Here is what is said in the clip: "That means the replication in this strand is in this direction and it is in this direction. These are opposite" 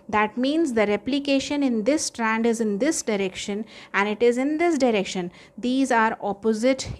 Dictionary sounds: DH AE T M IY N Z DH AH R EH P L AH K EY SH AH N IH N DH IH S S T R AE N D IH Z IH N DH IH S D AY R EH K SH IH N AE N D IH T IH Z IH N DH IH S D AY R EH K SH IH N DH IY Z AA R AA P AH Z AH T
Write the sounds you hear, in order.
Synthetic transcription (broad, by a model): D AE T M IY N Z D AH R EH P L AH K EY SH AH N IH N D IH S S T R AE N D IH Z IH N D IH S D AY R EH K SH IH N AE N D IH T IH Z IH N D IH S D AY R EH K SH IH N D IY Z AA R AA P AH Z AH T